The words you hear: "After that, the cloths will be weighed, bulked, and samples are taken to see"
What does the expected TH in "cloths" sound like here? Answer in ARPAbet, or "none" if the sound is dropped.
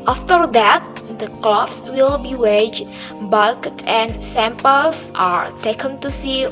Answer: F